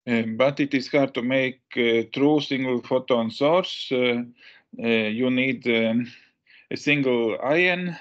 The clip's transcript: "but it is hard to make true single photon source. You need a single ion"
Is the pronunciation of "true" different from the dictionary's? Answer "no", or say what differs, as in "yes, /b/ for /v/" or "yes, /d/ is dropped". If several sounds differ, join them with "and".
no